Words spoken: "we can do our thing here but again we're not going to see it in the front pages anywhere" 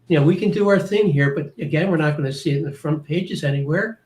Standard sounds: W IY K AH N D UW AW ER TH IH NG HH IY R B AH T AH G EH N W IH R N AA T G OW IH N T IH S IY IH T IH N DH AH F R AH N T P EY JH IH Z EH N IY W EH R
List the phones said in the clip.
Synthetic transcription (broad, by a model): W IY K AH N D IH AW ER TH IH NG HH IY R B AH T AH G EH N W IH R N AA T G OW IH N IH S IY IH T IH N DH AH F R AH N P EY JH IH Z EH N IY W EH R